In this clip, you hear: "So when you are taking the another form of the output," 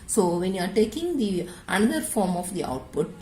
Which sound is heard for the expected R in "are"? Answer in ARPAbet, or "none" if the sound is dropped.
R